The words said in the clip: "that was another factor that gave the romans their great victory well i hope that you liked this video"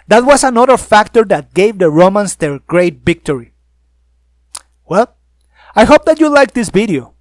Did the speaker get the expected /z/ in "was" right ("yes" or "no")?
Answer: no